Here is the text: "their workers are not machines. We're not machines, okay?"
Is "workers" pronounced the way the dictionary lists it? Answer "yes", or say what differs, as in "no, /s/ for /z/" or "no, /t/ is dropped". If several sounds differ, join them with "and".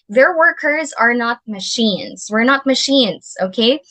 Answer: yes